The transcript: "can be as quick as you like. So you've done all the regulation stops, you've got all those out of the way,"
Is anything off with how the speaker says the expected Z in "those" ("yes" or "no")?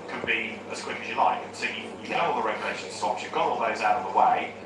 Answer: no